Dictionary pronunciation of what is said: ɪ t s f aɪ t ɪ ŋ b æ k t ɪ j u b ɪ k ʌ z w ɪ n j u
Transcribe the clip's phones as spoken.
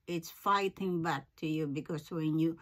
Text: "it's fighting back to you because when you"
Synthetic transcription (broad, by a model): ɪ t s f aɪ t ɪ ŋ b æ k t ɪ j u b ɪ k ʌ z w ɪ n j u